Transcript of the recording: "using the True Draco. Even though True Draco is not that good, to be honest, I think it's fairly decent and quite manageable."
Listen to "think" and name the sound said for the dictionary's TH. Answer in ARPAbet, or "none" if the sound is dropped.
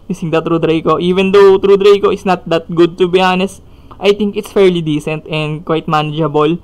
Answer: T